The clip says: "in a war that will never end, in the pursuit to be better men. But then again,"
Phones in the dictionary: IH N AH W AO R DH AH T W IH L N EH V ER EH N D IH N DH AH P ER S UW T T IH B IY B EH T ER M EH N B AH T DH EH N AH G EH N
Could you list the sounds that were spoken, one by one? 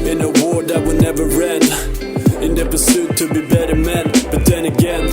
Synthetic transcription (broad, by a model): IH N AH W AO R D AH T W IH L N EH V ER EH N IH N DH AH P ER S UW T T IH B IY B EH T ER M EH N B AH T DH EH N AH G EH N